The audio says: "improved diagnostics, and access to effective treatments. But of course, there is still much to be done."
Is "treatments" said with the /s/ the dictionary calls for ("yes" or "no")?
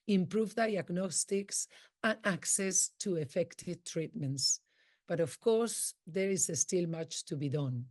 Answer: yes